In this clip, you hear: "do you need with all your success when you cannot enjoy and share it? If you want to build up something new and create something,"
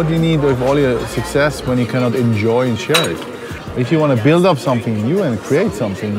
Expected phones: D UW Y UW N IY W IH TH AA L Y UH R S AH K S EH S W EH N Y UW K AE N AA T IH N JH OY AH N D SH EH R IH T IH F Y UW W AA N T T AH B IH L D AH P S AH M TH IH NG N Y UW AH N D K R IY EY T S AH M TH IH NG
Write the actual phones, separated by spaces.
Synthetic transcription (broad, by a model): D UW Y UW N IY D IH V AA L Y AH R S AH K S EH S W EH N Y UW K AE N AA T IH N JH OY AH N SH EH R IH T IH F Y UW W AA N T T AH B IH L D AH P S AH M TH IH NG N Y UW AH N K R IY EY T S AH M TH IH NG